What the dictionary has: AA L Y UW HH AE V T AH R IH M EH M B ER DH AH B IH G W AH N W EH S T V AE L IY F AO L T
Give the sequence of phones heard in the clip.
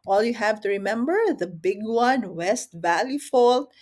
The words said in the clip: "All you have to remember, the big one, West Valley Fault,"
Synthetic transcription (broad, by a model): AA L Y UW HH AE V T AH R IH M EH M B ER DH AH B IH G W AH N W EH S T V AE L IY F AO L